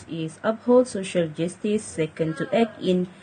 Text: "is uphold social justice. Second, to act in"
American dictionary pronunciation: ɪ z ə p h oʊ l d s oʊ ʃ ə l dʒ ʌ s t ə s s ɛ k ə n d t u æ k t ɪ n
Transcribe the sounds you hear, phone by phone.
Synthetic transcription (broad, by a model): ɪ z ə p h oʊ l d s oʊ ʃ ə l dʒ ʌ s t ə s s ɛ k ə n d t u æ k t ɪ n